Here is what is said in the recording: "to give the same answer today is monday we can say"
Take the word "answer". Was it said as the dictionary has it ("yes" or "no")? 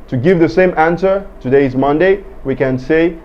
yes